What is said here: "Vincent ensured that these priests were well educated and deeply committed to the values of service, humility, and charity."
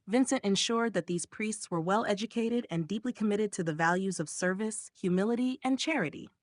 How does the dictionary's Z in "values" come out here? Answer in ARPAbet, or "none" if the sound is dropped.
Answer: Z